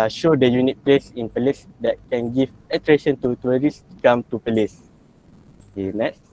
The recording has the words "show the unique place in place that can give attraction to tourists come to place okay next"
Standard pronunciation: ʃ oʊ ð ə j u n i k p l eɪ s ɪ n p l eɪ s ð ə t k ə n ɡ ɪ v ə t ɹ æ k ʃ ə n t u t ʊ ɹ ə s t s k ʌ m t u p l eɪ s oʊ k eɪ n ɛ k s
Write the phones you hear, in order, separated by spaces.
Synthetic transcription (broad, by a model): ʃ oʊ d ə j u n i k p l eɪ s ɪ n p l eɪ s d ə t k ə n ɡ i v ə t ɹ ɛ ʃ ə n t u t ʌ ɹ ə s s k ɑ m t u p l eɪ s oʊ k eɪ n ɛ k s